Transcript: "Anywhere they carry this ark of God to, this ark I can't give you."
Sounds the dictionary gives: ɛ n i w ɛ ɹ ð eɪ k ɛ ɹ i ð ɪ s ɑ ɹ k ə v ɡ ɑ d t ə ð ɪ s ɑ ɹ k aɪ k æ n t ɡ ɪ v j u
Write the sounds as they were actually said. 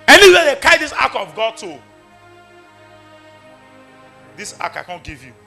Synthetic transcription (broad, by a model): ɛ n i w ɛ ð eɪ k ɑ i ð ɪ s ɑ k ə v ɡ ɑ d t ə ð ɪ s ɑ k aɪ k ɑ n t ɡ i v j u